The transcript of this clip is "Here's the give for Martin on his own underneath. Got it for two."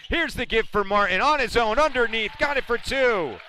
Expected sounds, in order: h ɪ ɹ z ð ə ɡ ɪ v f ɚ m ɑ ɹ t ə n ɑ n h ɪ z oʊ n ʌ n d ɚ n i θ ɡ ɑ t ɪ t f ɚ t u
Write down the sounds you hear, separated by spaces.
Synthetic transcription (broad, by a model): h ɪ ɹ z ð ə ɡ ɪ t f ɚ m ɑ ɹ t n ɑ n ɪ z oʊ n ʌ n d ɚ n i θ ɡ ɑ t ɪ t f ɚ t u